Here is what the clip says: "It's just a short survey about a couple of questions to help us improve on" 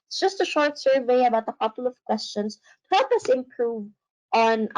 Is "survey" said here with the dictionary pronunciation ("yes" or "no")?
yes